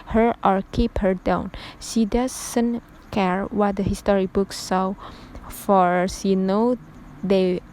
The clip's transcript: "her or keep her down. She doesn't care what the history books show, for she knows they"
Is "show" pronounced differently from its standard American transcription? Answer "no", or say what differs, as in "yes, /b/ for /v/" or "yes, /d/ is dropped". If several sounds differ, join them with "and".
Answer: yes, /s/ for /ʃ/